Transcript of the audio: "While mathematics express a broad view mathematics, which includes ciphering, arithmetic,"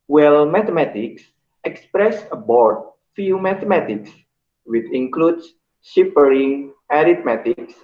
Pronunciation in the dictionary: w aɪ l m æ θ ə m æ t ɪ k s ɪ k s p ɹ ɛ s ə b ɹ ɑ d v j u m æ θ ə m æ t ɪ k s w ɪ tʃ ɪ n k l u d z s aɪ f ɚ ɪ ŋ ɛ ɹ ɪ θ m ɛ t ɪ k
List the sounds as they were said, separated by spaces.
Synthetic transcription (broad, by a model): w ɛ l m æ t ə m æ t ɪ k s ɪ k s p ɹ ɛ s ə b ɑ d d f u m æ t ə m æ t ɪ k s w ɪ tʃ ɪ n k l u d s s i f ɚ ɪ ŋ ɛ ɹ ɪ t m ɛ t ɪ k